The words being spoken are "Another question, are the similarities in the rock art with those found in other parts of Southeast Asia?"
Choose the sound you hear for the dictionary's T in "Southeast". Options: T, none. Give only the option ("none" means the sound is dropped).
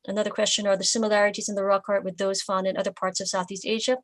T